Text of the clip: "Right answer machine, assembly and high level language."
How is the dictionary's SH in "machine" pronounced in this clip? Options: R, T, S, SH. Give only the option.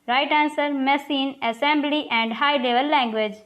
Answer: S